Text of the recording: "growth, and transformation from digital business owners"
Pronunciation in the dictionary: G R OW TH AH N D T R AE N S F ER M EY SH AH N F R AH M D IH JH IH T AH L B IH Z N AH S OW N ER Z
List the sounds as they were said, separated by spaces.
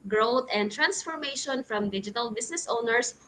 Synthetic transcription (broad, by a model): G R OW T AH N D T R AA N S F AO M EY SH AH N F R AH M D IH JH IH T AH L B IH S N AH S OW N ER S